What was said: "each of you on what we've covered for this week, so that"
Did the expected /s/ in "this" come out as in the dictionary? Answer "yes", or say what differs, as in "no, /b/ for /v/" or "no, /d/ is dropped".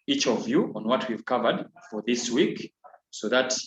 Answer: yes